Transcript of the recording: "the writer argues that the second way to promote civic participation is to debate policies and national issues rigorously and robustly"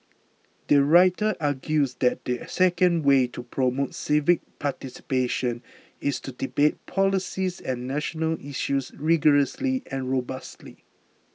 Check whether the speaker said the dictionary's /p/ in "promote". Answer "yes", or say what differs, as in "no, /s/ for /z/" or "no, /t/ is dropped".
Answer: yes